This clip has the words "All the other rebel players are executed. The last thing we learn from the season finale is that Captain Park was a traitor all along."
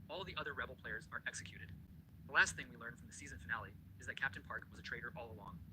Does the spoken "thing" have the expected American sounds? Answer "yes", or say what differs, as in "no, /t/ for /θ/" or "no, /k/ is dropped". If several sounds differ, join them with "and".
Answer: yes